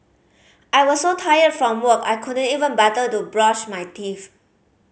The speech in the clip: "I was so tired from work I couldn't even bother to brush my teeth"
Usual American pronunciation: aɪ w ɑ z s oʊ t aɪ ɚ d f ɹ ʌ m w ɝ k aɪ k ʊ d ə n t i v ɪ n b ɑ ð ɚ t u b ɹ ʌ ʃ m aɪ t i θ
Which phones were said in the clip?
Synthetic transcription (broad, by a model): aɪ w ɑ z s oʊ t aɪ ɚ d f ɹ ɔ m w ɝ k aɪ k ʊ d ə n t i v ɪ n b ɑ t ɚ t u b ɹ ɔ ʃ m aɪ t i f